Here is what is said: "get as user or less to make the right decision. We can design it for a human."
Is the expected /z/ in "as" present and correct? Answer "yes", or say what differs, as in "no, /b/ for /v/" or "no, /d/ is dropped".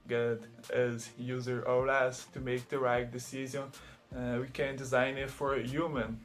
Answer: yes